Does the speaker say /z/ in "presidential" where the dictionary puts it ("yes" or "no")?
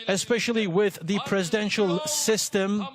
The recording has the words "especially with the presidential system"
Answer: yes